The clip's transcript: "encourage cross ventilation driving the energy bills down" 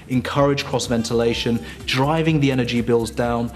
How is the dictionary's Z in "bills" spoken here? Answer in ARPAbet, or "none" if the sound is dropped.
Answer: Z